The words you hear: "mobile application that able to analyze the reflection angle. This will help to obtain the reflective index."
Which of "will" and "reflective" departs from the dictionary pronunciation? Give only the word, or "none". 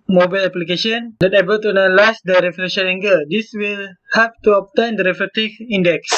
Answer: reflective